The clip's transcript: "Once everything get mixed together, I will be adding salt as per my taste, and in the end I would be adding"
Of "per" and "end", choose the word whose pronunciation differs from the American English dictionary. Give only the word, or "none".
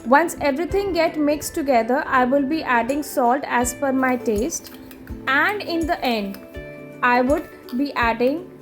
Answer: per